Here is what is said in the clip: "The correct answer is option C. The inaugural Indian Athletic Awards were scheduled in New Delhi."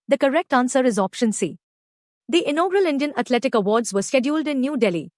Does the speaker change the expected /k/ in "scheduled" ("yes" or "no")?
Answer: no